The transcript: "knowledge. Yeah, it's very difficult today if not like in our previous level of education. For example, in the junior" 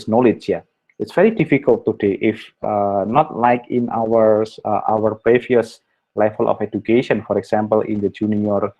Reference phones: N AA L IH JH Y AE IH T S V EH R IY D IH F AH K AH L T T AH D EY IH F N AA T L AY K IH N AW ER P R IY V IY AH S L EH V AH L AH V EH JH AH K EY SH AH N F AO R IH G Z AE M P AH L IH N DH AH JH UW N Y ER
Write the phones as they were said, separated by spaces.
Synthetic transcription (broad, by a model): N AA L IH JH Y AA IH T S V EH R IY D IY F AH K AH L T T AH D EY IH F N AA T L AY K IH N AW ER P R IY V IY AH S L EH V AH L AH F EH JH AH K EY SH AH N F AO R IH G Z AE M P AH L IH N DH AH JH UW N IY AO